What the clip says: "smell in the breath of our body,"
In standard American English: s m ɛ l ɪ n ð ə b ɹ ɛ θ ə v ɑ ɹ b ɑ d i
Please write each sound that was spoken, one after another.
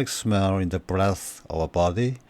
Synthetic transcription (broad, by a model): s m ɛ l ɪ n ð ə b ɹ ɛ θ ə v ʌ b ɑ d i